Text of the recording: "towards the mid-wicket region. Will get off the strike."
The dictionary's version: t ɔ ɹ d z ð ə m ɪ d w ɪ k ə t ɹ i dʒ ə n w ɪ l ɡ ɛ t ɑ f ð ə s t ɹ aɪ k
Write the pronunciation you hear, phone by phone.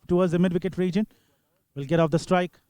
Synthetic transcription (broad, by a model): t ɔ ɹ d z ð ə m ɪ d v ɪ k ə t ɹ i dʒ ə n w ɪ l ɡ ɛ t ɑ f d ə s t ɹ aɪ k